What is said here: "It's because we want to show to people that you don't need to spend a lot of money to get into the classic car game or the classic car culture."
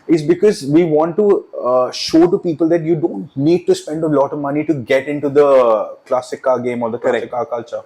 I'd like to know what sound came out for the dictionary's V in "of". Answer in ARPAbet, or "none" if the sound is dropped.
V